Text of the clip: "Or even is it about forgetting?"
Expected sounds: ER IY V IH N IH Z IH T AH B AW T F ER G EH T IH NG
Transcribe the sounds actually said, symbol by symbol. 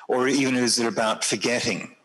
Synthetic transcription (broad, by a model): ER IY V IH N IH Z IH T AH B AW T F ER G EH T IH NG